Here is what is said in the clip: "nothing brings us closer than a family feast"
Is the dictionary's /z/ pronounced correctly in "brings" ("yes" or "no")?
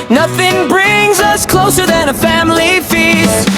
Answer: yes